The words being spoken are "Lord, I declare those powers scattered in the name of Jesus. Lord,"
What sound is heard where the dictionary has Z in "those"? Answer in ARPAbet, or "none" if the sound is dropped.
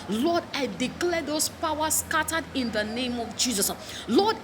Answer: S